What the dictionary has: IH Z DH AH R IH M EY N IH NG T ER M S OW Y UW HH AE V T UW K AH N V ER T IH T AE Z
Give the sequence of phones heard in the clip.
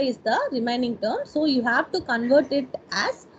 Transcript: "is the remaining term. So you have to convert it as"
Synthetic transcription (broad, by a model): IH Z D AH R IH M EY N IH NG T ER M S OW Y UW HH AE V T UW K AH N V ER T IH T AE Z